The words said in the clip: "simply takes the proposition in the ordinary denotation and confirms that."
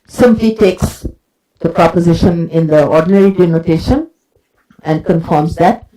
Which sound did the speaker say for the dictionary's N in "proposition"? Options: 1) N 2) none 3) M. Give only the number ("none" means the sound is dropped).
1